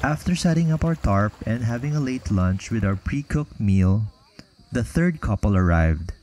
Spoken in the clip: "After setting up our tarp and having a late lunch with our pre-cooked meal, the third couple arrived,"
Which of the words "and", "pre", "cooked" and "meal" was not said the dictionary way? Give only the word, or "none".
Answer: none